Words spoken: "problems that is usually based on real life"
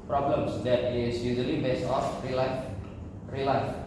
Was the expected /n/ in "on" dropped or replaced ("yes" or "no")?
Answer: yes